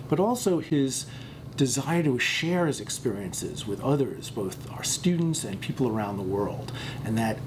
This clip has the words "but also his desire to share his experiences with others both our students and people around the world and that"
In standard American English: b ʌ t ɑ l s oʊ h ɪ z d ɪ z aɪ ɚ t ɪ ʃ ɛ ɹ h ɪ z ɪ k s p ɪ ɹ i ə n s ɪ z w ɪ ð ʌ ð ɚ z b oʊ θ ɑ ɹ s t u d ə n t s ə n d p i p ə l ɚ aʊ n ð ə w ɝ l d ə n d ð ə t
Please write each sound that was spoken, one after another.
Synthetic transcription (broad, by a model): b ʌ t ɑ l s oʊ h ɪ z d ɪ z aɪ ɚ t ɪ ʃ ɛ ɹ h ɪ z ɪ k s p ɪ ɹ i ə n s ɪ z w ɪ ð ʌ ð ɚ z b oʊ θ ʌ ɹ s t u d n t s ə n p i p l ɚ aʊ n ð ə w ɝ l d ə n ð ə t